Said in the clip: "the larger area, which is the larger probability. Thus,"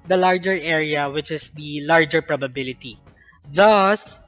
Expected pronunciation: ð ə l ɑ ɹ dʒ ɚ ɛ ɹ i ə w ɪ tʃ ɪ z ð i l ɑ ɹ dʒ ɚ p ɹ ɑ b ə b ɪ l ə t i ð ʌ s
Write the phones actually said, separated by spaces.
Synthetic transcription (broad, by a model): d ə l ɑ ɹ dʒ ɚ ɛ ɹ i ə w ɪ tʃ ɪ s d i l ɑ ɹ dʒ ɚ p ɹ ɑ b ə b ɪ l ə t i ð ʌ s